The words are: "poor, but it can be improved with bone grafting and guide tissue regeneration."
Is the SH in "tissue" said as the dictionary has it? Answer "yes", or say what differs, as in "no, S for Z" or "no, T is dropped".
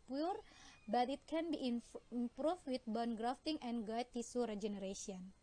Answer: no, S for SH